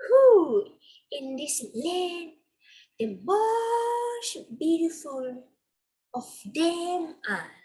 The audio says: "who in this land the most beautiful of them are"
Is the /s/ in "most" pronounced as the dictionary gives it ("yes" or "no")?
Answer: no